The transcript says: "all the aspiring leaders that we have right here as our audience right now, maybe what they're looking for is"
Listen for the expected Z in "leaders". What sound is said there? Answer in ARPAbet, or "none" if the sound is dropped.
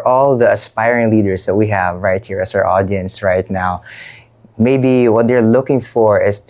S